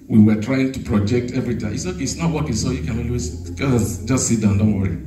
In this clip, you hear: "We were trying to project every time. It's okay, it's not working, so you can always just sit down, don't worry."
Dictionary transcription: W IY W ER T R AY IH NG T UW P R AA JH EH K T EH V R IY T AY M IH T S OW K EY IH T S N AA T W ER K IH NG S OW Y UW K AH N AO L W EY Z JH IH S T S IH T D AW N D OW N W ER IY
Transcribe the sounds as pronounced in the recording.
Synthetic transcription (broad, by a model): W IY W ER T R AY IH NG T UW P R AA JH EH K T EH V R IY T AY IH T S OW K EY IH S N AA T W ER K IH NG S OW Y UW K AH N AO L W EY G JH IH S T S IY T D AW N D OW N W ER IY